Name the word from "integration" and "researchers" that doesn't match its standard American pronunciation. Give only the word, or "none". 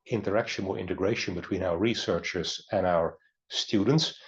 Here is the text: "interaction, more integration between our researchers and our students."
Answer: none